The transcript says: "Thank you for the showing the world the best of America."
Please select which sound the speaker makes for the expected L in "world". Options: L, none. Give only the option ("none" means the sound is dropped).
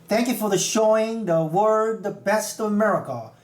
none